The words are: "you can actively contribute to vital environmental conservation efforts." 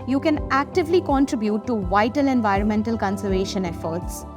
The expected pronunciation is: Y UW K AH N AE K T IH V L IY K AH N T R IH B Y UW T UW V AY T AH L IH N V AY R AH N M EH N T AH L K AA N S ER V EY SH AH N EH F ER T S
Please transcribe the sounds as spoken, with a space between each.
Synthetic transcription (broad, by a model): Y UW K AH N AE K T IH V L IY K AH N T R IH B Y UW T UW V AY T AH L IH N V AY R AH N M EH N T AH L K AA N S ER V EY SH AH N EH F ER T S